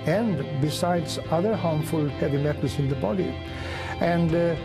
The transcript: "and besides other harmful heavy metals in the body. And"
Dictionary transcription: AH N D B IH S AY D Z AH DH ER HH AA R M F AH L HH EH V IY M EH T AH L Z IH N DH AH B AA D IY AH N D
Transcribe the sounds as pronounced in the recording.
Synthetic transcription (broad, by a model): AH N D B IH S AY D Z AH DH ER HH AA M F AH L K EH B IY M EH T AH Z IH N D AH B AA D IY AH N D